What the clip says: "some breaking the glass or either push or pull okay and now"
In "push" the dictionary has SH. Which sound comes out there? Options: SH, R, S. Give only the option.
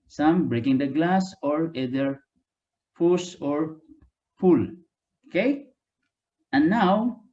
S